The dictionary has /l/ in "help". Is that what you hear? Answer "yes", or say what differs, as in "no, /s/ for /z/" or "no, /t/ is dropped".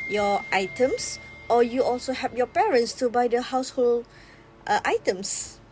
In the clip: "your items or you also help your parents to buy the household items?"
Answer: no, /l/ is dropped